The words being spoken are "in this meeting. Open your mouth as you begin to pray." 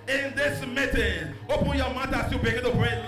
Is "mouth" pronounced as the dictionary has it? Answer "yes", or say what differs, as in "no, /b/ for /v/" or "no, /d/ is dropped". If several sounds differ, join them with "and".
no, /t/ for /θ/